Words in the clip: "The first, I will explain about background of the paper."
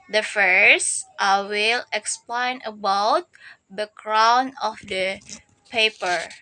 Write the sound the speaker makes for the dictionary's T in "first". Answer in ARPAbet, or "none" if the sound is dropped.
T